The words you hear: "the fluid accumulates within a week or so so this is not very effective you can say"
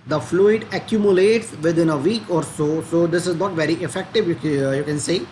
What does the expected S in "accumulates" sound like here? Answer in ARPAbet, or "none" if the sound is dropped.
S